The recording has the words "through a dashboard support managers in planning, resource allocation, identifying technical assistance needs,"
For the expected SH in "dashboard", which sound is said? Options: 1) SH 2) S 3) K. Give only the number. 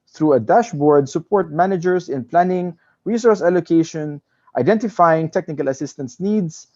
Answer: 1